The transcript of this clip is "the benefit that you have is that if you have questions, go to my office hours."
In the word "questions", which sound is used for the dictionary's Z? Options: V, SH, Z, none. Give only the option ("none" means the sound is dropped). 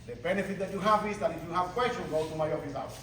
none